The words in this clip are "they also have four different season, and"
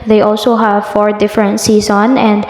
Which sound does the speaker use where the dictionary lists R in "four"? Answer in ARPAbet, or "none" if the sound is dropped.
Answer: R